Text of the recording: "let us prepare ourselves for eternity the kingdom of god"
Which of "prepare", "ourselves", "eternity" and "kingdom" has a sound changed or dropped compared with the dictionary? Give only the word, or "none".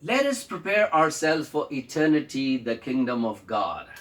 ourselves